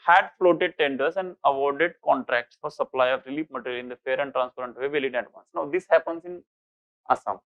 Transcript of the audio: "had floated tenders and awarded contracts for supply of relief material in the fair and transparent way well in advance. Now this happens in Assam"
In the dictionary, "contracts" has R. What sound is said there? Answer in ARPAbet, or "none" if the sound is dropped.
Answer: R